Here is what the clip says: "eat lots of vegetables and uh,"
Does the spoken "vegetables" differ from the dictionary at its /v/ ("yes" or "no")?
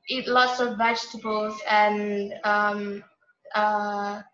no